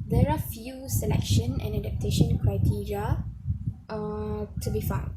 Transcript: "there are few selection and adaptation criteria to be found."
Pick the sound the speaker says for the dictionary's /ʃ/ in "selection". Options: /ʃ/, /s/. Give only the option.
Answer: /ʃ/